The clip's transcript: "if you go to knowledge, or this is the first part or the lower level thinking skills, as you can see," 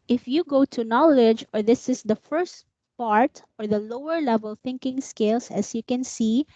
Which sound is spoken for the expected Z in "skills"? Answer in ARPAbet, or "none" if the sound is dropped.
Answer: S